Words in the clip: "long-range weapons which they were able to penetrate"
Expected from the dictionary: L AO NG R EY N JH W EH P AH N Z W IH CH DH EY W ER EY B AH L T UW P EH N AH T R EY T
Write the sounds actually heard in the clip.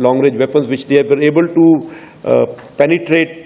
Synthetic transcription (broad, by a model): L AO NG R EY JH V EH P AH N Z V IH CH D EY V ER EY B AH L T UW P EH N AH T R EY T